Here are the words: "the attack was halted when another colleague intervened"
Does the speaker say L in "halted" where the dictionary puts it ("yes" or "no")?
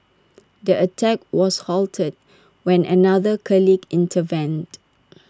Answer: yes